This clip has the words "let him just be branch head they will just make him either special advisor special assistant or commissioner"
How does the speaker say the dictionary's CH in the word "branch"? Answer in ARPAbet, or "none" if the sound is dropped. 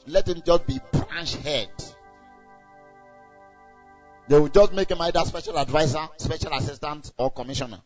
SH